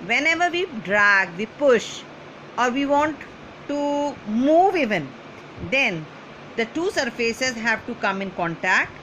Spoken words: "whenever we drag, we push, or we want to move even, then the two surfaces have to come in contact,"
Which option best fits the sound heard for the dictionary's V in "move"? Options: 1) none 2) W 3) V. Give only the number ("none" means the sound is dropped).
3